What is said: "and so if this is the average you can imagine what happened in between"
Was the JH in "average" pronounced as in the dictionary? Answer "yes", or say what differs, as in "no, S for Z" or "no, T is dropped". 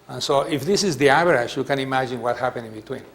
no, SH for JH